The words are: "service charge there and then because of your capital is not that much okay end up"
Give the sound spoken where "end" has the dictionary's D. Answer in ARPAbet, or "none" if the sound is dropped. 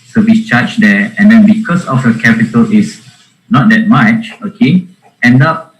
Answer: D